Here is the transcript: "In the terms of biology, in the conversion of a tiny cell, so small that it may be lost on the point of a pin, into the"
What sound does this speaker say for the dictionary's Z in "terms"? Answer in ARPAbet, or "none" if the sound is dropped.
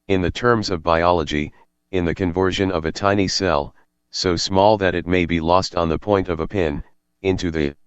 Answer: Z